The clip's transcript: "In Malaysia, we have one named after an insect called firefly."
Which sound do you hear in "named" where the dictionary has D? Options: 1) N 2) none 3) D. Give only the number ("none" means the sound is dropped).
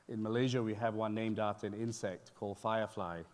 3